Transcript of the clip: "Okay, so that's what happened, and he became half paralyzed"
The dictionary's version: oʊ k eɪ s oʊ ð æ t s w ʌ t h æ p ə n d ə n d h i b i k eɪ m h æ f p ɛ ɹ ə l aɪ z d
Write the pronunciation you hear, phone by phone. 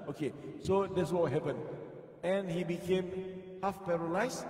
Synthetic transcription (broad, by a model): oʊ k eɪ s oʊ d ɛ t s w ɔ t h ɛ p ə n ə n h i b i k eɪ m h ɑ f p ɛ ɹ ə l aɪ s